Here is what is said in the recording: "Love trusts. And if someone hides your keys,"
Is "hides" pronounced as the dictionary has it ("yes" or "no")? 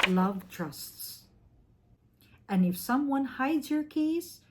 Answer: yes